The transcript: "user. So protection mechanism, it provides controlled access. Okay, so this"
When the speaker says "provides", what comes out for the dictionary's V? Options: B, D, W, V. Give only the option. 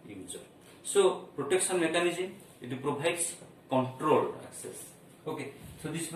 B